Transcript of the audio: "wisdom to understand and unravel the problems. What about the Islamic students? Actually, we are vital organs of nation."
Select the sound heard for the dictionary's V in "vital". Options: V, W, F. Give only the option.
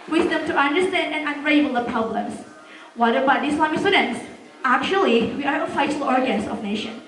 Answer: F